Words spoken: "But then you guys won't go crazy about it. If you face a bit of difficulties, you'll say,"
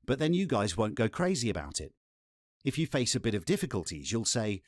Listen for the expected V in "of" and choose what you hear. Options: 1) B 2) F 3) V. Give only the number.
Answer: 3